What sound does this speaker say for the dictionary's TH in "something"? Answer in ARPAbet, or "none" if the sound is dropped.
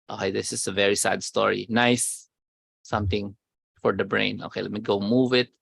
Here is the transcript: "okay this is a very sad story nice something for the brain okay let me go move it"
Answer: T